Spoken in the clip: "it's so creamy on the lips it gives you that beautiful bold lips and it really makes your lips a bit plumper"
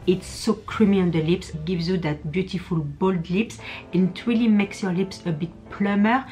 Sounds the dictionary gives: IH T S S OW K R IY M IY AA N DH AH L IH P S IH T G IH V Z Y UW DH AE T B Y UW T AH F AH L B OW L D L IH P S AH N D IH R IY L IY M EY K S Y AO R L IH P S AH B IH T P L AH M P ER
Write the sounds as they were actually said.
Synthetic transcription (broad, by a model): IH T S S OW K R IY M IY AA N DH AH L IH P S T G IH V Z Y UW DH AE T B Y UW T AH F AH L B OW L D L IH P S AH N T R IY L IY M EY K S Y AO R L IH P S AH B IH T P L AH M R